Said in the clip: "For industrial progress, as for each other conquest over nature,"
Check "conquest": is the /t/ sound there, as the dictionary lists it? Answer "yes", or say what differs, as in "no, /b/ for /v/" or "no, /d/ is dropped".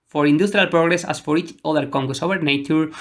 no, /t/ is dropped